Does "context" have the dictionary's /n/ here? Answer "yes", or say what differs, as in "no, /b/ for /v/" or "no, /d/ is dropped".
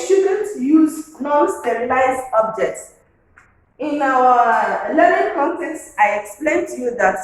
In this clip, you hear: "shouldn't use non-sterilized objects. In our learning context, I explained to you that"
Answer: yes